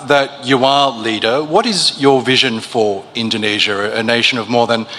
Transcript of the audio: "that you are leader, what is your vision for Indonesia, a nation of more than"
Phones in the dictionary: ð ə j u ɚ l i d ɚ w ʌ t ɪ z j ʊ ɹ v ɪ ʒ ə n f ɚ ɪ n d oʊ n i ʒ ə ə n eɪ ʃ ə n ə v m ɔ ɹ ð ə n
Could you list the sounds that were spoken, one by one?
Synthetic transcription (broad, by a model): ð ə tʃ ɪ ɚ l i d ɚ w ʌ t ɪ z j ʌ ɹ v ɪ ʒ ə n f ɚ ɪ n d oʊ n i ʒ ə ə n eɪ ʃ ə n ə v m ɔ ɹ ð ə n